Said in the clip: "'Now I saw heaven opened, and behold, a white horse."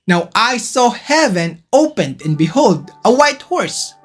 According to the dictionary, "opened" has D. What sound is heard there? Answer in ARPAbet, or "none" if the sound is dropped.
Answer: D